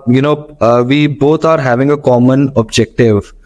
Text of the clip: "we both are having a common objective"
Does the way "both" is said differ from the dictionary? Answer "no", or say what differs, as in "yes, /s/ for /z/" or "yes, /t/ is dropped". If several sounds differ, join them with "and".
yes, /t/ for /θ/